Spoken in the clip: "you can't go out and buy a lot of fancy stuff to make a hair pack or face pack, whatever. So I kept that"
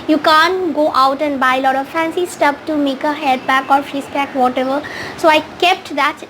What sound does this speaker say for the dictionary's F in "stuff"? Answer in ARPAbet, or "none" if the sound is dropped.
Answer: P